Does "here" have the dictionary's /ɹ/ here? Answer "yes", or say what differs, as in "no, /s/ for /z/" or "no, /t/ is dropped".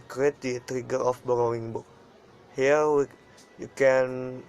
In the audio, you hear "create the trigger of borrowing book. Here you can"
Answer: no, /w/ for /ɹ/